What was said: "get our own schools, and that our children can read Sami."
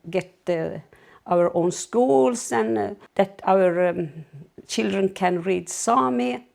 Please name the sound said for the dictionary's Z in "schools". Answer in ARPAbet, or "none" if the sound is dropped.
S